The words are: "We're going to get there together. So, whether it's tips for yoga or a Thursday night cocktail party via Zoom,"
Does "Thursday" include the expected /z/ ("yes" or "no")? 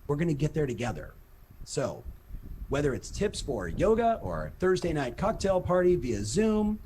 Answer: yes